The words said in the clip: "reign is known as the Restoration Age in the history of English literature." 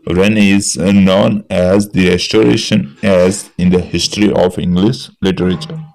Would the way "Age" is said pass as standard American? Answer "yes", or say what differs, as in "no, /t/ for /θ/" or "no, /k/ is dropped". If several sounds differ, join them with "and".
no, /z/ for /dʒ/